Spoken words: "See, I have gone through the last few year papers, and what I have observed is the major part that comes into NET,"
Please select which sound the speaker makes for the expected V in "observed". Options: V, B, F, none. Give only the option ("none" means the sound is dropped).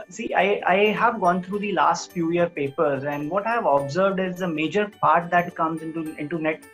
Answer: V